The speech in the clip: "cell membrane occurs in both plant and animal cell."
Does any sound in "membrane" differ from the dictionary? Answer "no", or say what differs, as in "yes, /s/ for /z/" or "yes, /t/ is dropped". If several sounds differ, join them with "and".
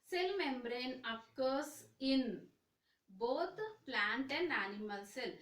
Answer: no